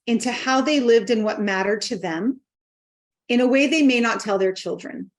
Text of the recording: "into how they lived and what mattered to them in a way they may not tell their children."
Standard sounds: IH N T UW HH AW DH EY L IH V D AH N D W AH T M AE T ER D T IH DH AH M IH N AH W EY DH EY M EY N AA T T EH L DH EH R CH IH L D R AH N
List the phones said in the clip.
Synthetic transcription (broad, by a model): IH N T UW HH AW DH EY L IH V D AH N W AH T M AE T ER D T IH DH AH M IH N AH W EY DH EY M EY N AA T T EH L DH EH R CH IH L D R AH N